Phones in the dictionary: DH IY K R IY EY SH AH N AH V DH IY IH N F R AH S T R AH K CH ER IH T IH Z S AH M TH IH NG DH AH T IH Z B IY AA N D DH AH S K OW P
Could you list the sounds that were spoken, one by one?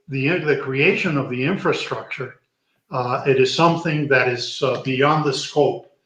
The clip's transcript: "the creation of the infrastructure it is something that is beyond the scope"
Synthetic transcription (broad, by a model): DH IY K R IY EY SH AH N AH V DH IY IH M F R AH S T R AH K CH ER IH T IH Z S AH M TH IH NG DH AH T IH Z B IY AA N DH AH S K OW P